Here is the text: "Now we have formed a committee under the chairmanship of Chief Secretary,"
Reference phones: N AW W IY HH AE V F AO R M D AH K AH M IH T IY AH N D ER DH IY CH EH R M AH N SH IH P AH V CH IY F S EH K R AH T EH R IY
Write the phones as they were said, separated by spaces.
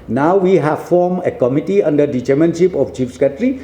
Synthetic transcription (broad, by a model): N AW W IY HH AE V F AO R M AH K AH M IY T IY AH N D ER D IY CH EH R M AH N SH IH P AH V CH IY F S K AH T R IY